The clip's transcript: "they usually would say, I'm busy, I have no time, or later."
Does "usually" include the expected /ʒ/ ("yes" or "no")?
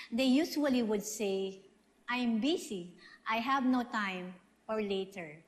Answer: no